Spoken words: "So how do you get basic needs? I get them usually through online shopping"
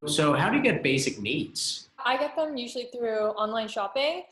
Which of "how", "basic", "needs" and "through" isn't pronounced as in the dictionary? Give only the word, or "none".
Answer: none